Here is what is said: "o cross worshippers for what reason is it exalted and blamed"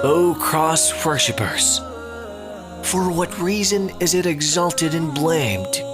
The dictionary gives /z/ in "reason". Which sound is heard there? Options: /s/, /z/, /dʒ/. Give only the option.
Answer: /z/